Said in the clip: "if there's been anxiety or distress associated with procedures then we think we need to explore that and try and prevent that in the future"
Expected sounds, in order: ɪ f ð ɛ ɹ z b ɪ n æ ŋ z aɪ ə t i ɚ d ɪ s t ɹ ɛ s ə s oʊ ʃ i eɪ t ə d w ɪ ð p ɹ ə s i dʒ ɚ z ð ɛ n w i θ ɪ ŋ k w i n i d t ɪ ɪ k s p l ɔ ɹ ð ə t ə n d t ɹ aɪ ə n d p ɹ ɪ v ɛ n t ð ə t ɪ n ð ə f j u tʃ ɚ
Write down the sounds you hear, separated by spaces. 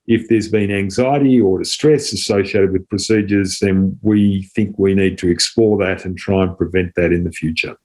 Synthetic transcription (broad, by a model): ɪ f ð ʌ ɹ z b ɪ n æ ŋ z aɪ ə t i ɚ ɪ s t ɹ ɛ s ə s oʊ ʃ i eɪ t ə d w ɪ ð p ɹ ə s i dʒ ɚ z ð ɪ n w i θ ɪ ŋ k w i n i d t ɪ ɪ k s p l ɔ ɹ ð ə t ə n t ɹ aɪ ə n p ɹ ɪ v ɛ n ð ə t ɪ n ð ə f j u tʃ ɚ